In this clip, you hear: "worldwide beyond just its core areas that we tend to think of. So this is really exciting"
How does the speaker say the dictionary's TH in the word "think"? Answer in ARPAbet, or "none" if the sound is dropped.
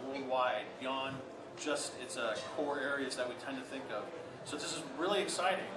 TH